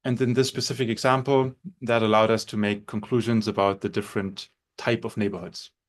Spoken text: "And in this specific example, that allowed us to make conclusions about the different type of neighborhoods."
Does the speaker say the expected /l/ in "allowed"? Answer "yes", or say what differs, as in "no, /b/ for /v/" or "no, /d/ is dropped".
yes